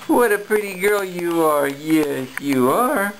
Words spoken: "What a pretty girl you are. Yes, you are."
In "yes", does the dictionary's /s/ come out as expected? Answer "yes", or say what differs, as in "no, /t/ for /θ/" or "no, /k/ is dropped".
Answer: no, /s/ is dropped